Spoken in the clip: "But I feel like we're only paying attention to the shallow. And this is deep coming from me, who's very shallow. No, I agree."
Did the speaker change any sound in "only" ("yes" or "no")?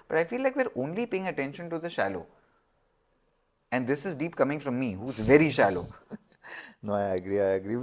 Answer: no